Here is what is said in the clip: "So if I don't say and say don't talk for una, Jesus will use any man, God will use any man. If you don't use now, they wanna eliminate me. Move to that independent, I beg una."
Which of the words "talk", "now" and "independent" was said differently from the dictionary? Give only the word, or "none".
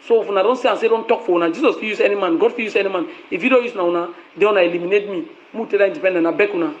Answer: independent